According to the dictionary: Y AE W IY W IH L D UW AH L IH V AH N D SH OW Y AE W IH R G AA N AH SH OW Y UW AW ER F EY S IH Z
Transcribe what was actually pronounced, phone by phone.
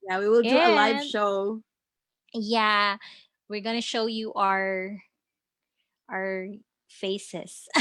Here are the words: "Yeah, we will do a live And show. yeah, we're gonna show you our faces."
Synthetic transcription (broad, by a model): Y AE W IY W IH L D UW AH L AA AH SH OW Y AE W IH R G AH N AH SH OW Y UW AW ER F EY S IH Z